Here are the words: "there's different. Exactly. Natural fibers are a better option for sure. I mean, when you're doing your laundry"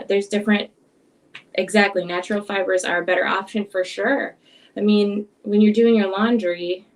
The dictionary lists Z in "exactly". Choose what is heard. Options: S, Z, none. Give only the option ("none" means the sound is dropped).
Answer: Z